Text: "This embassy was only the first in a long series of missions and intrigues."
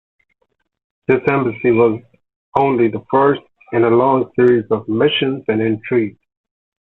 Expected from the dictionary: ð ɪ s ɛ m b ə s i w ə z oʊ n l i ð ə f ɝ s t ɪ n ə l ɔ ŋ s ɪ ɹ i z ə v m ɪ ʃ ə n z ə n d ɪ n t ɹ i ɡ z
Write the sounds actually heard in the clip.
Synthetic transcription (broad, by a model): ð ɪ s ɛ m b ə s i w ə z oʊ n l i ð ə f ɝ s t ɪ n ə l ɔ ŋ s ɪ ɹ i z ə v m ɪ ʃ ə n z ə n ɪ n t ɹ i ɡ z